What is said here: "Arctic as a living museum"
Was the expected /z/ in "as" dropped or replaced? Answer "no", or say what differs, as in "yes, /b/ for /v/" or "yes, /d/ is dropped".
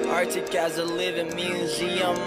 no